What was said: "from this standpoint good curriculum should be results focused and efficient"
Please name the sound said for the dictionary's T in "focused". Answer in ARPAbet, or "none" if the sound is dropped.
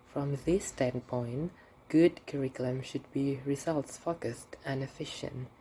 T